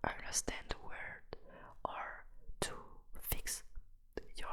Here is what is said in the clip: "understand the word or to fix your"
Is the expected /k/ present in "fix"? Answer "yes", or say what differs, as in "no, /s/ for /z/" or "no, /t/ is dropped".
yes